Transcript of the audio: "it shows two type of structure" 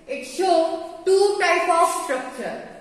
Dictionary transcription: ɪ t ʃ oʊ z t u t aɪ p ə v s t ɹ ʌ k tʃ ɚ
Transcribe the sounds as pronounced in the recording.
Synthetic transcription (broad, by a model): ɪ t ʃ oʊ t u t aɪ p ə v s t ɹ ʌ k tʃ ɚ